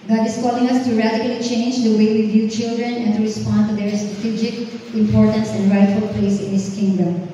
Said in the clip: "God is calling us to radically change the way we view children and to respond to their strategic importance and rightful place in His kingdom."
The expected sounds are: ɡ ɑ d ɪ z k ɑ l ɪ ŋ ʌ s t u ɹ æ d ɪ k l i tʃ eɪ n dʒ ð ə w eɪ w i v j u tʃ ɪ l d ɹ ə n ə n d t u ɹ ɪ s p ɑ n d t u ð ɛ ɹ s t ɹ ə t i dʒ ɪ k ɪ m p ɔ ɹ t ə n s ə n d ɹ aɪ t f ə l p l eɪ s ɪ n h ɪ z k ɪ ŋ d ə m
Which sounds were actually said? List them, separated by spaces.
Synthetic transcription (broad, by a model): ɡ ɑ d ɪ s k ɑ l ɪ ŋ ʌ s t u ɹ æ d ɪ k l i tʃ eɪ n dʒ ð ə w eɪ w i v j u tʃ ɪ l d ɹ ə n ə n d t u ɹ ɪ s p ɑ n d t u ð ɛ ɹ s t ɹ ə t i dʒ ɪ k ɪ m p ɔ ɹ t ə n s ə n d ɹ aɪ t f ə l p l eɪ s ɪ n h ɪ s k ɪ ŋ d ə m